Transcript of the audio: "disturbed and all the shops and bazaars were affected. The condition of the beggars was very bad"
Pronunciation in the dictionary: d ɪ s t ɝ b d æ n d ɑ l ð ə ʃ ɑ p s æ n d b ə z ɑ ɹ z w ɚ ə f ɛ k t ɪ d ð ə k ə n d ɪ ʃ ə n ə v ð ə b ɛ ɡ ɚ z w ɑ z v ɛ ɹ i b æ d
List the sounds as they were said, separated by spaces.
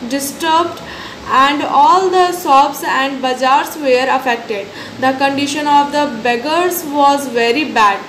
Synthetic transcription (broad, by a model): d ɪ s t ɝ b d æ n d ɑ l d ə s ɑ b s æ n d b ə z ɑ ɹ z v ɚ ə f ɛ k t ɪ d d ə k ə n d ɪ ʃ ə n ə v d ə b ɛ ɡ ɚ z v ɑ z v ɛ ɹ i b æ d